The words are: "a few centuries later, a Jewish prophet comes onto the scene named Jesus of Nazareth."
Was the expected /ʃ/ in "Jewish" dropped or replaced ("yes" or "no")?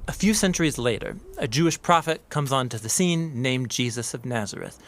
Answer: no